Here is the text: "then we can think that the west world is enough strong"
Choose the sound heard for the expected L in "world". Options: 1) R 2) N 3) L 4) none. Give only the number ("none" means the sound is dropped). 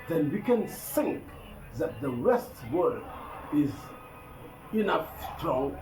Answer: 4